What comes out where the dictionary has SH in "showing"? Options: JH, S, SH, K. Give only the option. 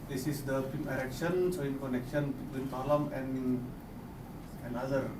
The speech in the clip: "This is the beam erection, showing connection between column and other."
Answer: S